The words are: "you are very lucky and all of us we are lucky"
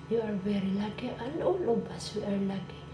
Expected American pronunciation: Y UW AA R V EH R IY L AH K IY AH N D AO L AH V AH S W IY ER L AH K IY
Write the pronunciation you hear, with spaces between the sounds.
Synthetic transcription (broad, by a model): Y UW AA R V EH R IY L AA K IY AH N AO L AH B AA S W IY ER L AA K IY